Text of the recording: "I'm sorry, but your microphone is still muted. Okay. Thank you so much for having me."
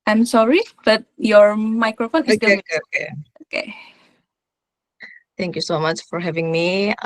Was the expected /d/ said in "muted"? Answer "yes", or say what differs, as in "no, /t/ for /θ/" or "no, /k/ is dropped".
no, /d/ is dropped